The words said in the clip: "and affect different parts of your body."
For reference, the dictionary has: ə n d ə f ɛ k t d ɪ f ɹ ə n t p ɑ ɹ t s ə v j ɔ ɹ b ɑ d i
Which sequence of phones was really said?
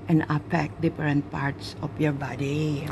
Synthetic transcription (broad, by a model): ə n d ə p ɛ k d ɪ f ɹ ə n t p ɑ ɹ t s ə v j ɔ ɹ b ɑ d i